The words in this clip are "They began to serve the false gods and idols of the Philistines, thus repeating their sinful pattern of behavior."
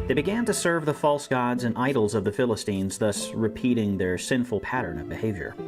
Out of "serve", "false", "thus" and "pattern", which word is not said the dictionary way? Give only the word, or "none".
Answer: none